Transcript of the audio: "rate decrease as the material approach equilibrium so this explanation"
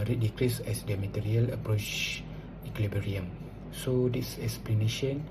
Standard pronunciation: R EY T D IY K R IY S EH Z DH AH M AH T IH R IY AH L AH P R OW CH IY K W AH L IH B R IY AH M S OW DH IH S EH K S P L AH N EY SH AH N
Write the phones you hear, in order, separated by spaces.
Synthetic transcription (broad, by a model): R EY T D IY K R IY S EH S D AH M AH T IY R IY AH L AH P R OW CH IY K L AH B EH R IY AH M S OW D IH S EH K S P L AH N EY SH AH N